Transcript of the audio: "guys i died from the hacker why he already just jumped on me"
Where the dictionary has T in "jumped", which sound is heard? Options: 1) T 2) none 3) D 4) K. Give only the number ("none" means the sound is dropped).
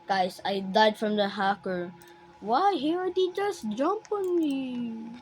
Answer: 2